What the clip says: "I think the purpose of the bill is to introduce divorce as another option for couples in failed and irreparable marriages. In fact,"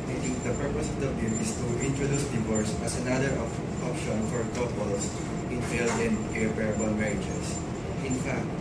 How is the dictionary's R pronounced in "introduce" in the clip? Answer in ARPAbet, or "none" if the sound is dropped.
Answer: R